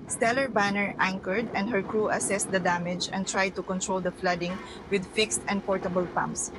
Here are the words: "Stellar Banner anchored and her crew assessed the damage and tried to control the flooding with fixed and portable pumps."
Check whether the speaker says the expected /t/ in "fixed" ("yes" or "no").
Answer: yes